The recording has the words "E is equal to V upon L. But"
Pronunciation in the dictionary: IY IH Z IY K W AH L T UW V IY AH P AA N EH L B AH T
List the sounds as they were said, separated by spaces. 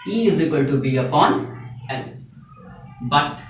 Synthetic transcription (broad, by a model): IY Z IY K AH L T UW B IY AH P AA N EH N B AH T